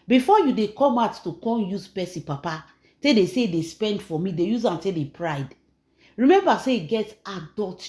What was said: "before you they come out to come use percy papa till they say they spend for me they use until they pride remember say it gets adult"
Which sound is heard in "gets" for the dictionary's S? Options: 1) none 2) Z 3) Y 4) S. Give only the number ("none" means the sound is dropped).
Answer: 1